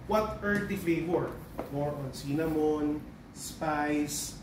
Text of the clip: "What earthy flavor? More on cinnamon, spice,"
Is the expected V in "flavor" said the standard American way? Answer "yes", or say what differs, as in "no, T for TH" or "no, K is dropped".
no, W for V